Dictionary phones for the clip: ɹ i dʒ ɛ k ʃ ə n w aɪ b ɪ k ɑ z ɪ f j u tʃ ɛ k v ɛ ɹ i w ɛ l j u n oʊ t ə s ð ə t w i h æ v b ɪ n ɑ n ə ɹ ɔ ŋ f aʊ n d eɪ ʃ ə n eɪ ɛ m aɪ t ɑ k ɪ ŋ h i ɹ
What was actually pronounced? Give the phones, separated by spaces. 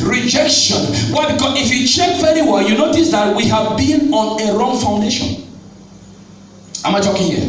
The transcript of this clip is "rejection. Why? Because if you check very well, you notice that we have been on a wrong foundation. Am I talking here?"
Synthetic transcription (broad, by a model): ɹ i dʒ ɛ k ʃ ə n w aɪ b ɪ k ɑ z ɪ f j u tʃ ɛ k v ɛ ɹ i w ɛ j u n oʊ t ə s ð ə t w i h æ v b ɪ n ɑ n ə ɹ ɔ ŋ f aʊ n d eɪ ʃ ə n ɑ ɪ m aɪ t ɑ k ɪ ŋ h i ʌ